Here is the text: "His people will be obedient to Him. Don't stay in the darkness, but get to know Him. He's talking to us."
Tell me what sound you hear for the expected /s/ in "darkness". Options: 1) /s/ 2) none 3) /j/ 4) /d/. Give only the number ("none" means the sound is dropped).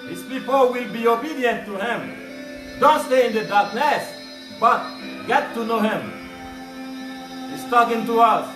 1